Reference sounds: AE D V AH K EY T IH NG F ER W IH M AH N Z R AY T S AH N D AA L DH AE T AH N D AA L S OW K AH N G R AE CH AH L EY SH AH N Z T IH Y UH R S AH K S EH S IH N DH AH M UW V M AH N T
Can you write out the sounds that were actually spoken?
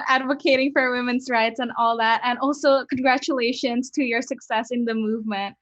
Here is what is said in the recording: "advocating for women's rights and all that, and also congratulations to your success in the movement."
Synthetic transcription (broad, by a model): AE D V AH K EY T IH NG F ER W IH M AH N Z R AY T S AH N AA L DH AE T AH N AA L S OW K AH N G R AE CH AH L EY SH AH N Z T IH Y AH R S AH K S EH S IH N DH AH M UW V M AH N T